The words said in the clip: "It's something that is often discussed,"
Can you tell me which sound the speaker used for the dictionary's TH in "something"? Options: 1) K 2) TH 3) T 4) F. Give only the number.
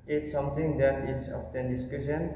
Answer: 3